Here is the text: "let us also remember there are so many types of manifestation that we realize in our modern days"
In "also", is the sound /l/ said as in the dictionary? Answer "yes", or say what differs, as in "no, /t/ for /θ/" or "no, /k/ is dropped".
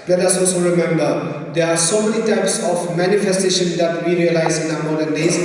yes